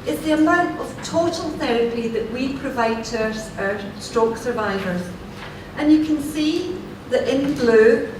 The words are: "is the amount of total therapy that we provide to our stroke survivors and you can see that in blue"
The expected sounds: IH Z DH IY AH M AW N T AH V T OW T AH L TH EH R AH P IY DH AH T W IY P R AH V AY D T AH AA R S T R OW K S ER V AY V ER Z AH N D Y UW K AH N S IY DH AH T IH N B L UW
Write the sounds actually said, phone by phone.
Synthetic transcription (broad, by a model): IH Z DH IY AH M AW N T AH V T OW T AH L TH EH R AH P IY DH AH T W IY P R AH V AY D T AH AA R S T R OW K S ER V AY V ER Z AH N Y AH K AH N S IY DH AH T IH N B L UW